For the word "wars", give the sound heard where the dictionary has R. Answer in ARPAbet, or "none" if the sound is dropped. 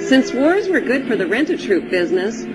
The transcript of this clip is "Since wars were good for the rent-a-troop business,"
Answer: R